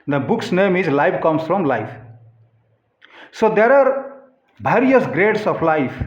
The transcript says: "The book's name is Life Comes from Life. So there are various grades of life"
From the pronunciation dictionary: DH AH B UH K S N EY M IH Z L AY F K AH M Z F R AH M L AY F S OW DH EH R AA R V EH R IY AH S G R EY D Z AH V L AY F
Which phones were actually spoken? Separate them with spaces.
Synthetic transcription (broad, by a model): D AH B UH K S N EY M IH Z L AY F K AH M S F R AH M L AY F S OW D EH R AA R B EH R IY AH S G R EY D S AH P L AY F